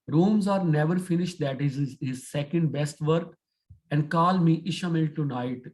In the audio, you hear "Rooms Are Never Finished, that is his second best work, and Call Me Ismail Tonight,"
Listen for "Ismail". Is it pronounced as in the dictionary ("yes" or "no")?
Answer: no